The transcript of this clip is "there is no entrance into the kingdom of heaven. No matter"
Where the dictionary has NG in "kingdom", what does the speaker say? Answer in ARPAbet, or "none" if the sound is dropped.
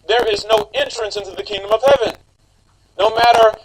NG